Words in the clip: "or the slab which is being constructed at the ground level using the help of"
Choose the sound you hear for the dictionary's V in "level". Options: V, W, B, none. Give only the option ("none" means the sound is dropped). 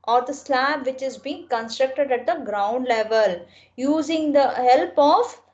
V